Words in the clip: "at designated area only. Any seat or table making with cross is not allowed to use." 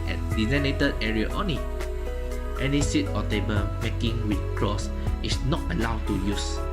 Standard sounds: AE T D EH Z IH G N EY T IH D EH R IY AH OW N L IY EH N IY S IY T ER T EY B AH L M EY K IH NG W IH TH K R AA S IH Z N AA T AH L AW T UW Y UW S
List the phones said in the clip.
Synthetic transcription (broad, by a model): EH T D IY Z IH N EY T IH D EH R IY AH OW N IY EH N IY S IY T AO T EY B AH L M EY K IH NG W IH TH K R AA S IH S N AA T AH L AW T UW Y UW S